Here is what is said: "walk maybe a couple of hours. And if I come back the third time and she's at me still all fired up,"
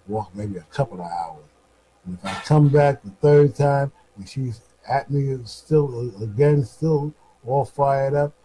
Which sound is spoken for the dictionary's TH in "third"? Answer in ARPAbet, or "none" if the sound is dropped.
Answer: TH